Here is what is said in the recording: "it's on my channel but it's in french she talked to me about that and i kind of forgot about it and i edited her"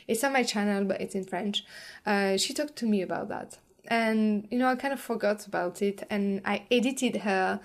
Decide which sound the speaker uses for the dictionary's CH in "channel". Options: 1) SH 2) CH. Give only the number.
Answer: 2